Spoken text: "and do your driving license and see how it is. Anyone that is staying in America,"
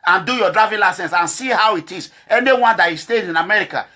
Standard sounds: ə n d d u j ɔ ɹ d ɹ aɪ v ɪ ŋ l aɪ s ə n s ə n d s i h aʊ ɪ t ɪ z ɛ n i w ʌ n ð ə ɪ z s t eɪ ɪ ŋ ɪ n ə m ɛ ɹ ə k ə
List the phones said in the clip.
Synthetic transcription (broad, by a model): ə n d d u j ɔ d ɹ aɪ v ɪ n l aɪ s ə n s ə n s i h aʊ ɪ t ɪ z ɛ n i w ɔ n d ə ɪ s t eɪ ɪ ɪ n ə m ɛ ɹ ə k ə